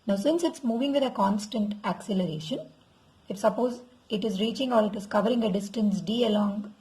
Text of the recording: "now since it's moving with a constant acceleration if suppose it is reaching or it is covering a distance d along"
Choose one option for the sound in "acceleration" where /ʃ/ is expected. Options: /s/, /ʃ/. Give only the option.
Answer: /ʃ/